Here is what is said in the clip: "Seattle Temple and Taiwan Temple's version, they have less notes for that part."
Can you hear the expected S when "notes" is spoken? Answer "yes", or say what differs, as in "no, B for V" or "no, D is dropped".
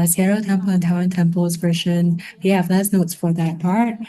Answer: yes